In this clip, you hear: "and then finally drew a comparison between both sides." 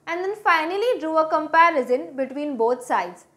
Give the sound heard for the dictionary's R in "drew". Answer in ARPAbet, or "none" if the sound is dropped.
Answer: R